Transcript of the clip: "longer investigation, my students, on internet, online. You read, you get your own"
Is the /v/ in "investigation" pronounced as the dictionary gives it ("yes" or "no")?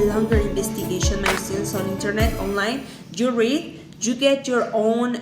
no